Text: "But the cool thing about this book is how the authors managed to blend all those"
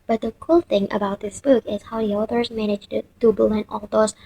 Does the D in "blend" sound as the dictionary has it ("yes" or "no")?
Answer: no